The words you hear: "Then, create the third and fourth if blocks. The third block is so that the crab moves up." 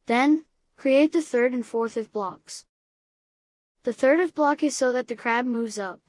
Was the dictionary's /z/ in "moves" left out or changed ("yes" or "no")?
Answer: no